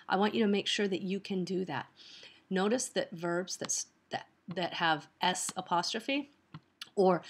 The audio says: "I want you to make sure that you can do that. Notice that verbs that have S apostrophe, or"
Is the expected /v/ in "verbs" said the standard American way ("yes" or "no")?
yes